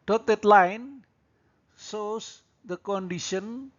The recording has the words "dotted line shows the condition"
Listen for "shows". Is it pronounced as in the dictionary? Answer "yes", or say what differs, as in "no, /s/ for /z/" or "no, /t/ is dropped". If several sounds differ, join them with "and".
no, /s/ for /ʃ/